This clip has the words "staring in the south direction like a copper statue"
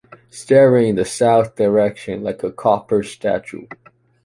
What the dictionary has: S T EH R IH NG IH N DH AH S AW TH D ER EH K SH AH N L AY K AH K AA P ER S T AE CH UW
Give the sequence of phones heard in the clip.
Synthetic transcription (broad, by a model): S T EH R IH NG IH N DH AH S AW TH D ER EH K SH AH N L AY K AH K AA P ER S T AE CH UW